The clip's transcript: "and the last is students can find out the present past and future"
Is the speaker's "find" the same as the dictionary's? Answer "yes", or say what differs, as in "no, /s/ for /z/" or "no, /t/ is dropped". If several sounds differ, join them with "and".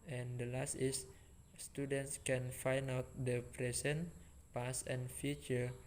no, /d/ is dropped